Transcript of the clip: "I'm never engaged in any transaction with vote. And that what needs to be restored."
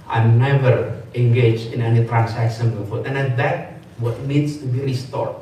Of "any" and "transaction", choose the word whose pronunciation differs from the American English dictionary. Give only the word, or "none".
transaction